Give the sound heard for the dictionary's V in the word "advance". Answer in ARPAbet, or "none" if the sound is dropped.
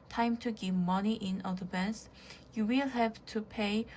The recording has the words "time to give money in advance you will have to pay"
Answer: B